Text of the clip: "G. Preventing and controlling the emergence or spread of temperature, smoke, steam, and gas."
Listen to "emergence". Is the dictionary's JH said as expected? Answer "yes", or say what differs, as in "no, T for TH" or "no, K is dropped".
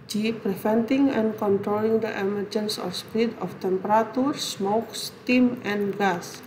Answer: yes